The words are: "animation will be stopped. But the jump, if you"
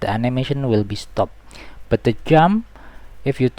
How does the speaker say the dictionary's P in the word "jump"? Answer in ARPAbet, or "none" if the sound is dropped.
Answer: none